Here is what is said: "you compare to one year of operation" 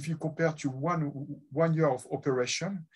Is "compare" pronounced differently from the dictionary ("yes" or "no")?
yes